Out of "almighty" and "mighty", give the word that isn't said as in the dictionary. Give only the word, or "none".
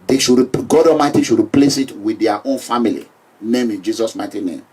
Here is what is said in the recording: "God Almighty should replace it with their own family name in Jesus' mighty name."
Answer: almighty